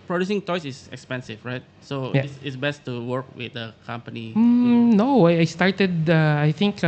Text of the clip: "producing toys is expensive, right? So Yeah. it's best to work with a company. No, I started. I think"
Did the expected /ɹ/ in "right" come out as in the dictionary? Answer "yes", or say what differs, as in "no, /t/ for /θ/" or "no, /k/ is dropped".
yes